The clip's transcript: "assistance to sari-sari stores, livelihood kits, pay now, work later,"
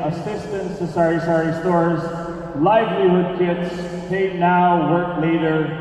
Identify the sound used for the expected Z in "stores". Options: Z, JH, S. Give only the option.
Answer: Z